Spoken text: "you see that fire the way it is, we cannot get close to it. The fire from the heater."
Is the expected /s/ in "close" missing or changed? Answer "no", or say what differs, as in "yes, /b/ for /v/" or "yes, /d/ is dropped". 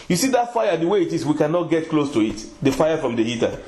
no